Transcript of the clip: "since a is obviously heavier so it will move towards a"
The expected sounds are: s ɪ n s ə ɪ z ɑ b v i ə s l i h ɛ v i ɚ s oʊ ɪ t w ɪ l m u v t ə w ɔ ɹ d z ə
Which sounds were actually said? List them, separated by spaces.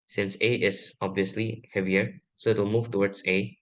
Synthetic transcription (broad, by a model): s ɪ n s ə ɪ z ɑ b v i ə s l i h ɛ v i ɚ s oʊ ɪ t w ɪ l m u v t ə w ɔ ɹ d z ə